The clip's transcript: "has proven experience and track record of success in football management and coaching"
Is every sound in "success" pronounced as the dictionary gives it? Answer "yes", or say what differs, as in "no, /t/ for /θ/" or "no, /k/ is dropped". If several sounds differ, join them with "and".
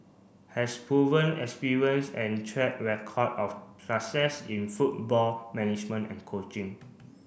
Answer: no, /k/ is dropped